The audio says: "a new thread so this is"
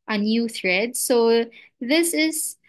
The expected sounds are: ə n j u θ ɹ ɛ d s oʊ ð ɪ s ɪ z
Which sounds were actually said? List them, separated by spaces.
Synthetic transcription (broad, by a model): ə n j u θ ɹ ɛ d s oʊ ð ɪ s ɪ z